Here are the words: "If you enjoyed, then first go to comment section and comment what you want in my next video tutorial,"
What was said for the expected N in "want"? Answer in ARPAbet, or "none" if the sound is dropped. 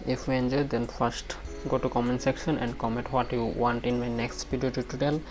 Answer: N